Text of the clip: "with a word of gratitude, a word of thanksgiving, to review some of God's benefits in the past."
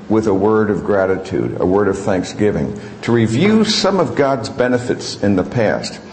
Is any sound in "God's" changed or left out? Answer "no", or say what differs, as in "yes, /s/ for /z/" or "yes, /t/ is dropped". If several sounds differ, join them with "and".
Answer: no